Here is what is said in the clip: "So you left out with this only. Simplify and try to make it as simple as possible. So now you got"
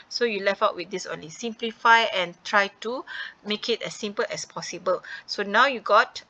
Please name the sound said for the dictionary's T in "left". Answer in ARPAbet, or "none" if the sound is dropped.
none